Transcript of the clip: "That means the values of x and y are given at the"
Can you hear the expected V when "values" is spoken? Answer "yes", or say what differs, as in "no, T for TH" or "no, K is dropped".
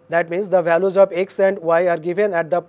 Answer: yes